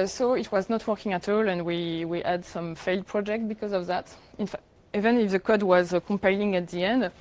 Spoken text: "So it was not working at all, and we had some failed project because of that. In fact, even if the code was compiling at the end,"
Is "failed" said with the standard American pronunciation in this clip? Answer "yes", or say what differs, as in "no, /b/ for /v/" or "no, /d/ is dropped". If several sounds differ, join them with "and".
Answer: yes